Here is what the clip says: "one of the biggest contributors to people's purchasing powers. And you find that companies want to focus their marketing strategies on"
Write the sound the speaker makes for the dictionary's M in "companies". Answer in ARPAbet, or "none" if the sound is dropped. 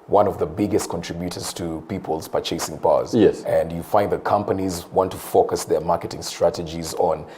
M